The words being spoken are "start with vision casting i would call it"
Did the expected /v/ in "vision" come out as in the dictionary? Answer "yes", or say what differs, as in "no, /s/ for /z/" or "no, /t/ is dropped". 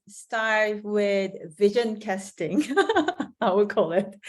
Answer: yes